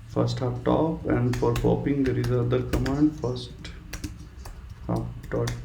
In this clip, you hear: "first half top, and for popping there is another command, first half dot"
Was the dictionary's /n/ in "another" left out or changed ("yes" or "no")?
yes